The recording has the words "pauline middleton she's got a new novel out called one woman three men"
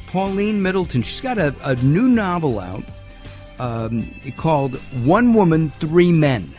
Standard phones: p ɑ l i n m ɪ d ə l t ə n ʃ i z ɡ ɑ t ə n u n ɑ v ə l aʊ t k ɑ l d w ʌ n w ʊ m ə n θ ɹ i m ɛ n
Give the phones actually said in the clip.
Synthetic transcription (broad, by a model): p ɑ l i n m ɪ d l t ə n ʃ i s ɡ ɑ t ə n u n ɑ v l aʊ t k ɑ l d w ʌ n w ʊ m ə n θ ɹ i m ɛ n